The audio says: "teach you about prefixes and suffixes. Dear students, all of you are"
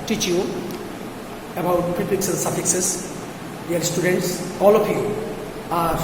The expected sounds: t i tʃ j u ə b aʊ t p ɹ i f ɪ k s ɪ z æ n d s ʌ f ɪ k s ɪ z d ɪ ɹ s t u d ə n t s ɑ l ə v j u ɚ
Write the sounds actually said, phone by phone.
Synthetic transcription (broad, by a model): t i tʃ j u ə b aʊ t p i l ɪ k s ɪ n s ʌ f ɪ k s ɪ s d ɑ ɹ s t u d ə n t s ɑ l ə p j u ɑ